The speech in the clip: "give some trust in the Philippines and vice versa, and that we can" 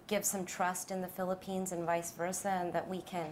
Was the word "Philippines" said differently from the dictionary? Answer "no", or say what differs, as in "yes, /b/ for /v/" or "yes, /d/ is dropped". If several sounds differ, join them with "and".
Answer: no